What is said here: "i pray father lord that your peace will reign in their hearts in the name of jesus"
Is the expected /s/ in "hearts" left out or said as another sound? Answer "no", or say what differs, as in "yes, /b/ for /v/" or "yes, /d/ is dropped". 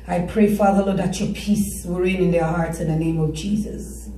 no